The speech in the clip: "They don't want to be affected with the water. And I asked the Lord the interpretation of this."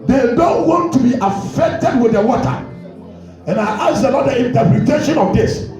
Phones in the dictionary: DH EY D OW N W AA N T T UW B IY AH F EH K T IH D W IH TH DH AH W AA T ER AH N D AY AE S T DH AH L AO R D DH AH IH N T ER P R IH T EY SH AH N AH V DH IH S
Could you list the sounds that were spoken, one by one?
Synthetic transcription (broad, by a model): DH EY D OW N W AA N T T UW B IY AH F EH K T IH D W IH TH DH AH W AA T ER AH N AY T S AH N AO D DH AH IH N T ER P R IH T EY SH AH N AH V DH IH S